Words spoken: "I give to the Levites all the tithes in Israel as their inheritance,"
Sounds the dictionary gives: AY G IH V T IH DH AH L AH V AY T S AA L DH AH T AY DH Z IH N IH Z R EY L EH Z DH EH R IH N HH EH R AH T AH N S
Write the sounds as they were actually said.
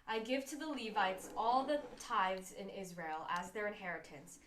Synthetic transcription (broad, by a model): AY G IH V T IH DH AH L AH V AY T S AA L DH AH T AY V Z IH N IH Z R EY L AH Z DH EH R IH N HH EH R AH T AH N S